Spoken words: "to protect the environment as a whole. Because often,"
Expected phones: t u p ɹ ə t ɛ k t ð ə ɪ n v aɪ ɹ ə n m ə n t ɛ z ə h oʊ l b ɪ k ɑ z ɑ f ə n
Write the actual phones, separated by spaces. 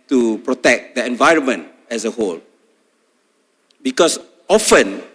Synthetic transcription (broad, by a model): t u p ɹ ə t ɛ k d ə ɪ n v aɪ ɹ ə n m ə n t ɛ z ə h oʊ l b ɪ k ɑ s ɑ f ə n